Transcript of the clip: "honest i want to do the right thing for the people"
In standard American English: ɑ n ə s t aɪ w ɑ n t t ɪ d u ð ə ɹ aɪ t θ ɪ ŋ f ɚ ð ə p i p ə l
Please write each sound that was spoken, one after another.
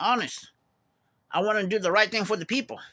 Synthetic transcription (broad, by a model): ɑ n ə s t aɪ w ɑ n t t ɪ d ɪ ð ə ɹ aɪ t θ ɪ ŋ f ɚ ð ə p i p l